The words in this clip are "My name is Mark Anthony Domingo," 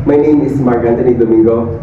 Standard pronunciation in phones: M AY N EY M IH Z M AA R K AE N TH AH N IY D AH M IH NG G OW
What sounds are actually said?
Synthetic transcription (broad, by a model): M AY N EY M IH S M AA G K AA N T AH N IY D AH M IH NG G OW